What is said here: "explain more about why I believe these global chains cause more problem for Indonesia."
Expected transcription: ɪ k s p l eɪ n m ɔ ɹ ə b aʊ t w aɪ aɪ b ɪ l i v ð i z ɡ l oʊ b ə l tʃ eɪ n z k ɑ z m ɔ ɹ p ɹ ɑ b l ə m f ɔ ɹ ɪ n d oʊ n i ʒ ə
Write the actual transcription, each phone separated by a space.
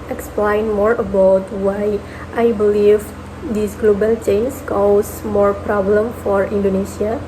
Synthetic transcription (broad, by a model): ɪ k s p l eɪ n m ɔ ɹ ə b aʊ t w aɪ aɪ b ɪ l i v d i s ɡ l oʊ b ə l tʃ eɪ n s k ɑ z m ɔ ɹ p ɹ ɑ b l ə m f ɔ ɹ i n d oʊ n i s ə